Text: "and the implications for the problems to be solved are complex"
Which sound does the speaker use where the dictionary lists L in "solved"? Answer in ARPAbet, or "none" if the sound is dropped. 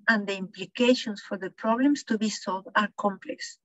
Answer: L